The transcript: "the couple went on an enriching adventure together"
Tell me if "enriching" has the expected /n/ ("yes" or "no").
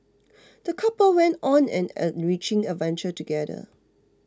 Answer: no